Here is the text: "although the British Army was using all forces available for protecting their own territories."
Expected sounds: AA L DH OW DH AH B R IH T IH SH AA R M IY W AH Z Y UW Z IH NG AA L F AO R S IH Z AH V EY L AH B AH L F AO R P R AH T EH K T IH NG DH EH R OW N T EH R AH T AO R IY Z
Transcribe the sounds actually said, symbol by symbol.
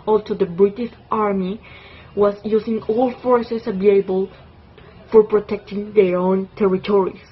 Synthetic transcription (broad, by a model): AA L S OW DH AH B R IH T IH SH AA R M IY W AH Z Y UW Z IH NG AA L F AO R S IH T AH B EY AH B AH L F AO R P R AH T EH K T IH NG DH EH R OW N T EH R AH T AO R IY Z